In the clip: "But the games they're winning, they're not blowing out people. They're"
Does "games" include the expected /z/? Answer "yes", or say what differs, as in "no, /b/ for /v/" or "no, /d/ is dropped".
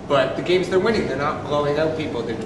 yes